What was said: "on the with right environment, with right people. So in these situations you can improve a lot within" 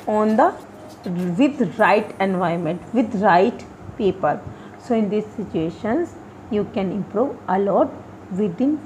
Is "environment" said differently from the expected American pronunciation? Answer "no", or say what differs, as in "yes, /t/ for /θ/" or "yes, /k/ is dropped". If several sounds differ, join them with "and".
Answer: yes, /ɹ/ is dropped